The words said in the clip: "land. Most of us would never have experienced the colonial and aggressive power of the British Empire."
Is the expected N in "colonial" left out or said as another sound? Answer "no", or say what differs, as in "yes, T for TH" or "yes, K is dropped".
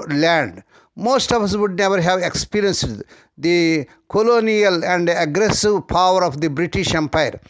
no